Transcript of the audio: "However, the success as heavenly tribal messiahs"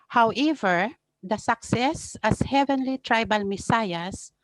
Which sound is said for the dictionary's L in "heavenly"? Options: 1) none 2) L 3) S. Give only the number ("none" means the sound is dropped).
2